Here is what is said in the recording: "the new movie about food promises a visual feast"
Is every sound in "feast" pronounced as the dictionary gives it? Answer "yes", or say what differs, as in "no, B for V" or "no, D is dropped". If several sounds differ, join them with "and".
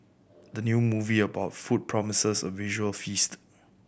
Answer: yes